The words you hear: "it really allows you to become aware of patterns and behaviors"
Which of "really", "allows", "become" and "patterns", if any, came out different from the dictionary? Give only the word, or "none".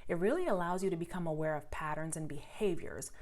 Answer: none